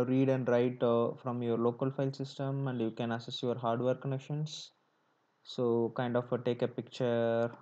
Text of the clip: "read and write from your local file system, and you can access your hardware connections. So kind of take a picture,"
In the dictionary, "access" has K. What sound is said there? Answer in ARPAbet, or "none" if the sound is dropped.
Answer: none